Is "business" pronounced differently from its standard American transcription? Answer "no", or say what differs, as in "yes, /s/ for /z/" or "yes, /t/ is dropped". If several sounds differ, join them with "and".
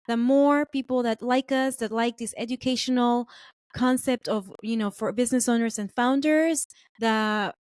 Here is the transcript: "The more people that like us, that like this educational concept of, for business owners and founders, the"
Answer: no